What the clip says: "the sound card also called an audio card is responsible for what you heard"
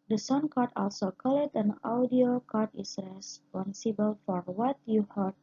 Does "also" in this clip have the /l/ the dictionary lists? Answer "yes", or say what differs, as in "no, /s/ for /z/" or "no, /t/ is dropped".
yes